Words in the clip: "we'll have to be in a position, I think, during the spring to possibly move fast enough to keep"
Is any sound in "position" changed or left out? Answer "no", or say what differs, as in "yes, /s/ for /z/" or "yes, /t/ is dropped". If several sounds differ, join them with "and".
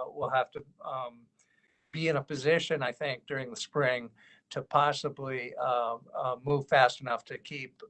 no